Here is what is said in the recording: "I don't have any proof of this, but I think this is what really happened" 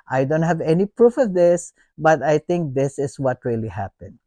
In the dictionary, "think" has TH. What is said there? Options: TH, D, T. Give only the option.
T